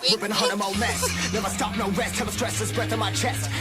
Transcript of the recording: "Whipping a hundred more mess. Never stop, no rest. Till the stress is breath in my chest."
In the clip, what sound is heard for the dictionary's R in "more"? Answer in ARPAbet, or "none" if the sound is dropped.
L